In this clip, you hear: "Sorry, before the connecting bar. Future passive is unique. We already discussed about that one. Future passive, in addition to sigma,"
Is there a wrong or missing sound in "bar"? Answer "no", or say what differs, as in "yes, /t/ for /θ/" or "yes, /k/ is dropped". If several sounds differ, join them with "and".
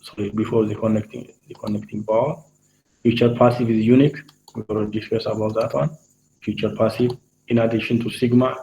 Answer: yes, /l/ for /ɹ/